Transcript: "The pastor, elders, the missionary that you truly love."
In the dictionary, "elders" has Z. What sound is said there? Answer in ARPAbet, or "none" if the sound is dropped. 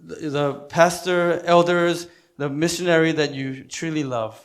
Z